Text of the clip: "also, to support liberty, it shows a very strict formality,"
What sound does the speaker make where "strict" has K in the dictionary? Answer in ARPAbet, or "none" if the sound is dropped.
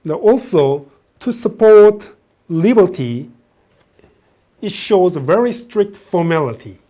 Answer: K